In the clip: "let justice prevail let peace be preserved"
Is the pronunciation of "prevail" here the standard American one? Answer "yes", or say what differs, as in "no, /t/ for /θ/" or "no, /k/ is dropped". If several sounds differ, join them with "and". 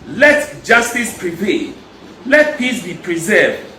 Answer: no, /p/ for /v/